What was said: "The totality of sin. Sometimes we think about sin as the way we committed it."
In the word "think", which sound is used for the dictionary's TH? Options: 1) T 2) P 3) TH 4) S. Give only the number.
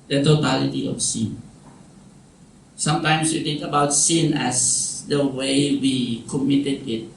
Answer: 1